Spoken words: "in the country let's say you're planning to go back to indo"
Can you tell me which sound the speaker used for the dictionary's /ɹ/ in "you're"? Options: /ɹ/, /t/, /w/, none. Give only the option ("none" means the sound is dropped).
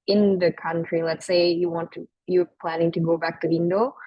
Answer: /w/